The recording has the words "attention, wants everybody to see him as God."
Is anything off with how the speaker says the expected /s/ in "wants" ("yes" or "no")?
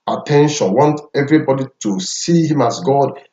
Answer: yes